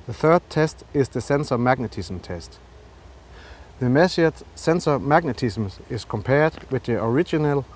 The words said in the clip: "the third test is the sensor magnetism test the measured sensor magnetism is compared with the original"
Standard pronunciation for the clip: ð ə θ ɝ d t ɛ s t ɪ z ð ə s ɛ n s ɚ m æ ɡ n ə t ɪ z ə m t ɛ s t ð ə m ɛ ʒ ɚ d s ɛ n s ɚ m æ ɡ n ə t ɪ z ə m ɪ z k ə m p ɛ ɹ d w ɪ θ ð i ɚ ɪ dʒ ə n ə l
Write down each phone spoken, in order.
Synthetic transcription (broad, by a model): ð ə θ ɝ d t ɛ s t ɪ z ð ə s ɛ n s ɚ m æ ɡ n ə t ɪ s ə m t ɛ s t ð ə m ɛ s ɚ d s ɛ n s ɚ m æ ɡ n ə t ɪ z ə m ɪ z k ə m p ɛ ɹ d w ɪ ð i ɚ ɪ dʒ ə n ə l